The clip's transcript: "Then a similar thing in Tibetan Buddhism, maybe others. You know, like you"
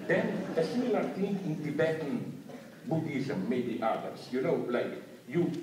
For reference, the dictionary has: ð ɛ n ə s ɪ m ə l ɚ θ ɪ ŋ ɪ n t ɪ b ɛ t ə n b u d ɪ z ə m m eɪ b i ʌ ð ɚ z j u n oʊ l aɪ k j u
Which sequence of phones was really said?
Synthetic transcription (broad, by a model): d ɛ n ə s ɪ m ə l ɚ t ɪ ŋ ɪ n t ɪ b ɛ t ə n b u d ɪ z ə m m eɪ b i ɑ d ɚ s j u n oʊ l aɪ k j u